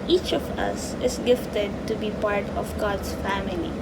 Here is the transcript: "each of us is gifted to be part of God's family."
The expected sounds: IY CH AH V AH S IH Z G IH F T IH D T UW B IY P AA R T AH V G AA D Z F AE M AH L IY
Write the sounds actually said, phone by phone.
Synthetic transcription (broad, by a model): IY CH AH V AH S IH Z G IH F T IH D T UW B IY P AA R T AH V G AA D S F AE M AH L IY